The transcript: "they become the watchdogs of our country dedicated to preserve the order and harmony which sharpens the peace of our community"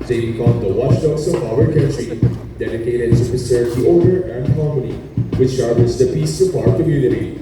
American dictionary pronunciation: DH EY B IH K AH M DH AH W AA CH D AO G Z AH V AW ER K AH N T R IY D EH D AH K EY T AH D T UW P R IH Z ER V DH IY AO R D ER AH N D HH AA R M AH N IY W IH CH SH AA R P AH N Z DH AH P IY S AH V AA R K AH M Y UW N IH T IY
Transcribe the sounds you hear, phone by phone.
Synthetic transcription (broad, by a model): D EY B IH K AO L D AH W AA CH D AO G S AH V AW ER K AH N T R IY D EH D AH K EY T AH D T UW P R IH S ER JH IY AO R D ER AH N D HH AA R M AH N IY W IH CH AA R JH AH Z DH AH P IY S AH P AA R K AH M Y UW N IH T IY